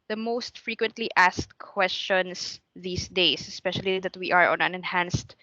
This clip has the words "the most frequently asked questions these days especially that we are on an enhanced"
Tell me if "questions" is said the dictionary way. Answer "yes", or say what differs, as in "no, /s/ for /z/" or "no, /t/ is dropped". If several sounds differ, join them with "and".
no, /s/ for /z/